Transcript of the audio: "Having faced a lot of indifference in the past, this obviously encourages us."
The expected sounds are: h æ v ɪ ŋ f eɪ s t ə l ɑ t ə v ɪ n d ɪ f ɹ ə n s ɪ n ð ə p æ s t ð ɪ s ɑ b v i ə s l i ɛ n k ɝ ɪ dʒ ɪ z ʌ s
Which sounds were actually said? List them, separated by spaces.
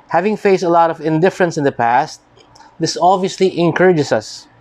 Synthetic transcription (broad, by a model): h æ v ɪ ŋ f eɪ s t ə l ɑ t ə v ɪ n d ɪ f ɹ ə n s ɪ n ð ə p æ s t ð ɪ s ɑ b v i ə s l i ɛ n k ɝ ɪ dʒ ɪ s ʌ s